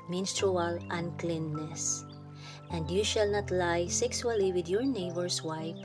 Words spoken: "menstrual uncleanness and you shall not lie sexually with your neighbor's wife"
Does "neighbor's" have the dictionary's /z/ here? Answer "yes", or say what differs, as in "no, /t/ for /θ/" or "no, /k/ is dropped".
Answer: no, /s/ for /z/